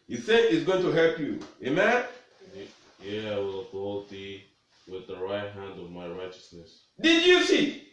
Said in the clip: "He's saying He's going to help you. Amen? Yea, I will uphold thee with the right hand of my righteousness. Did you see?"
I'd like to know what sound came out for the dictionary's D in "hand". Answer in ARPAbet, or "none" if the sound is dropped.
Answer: D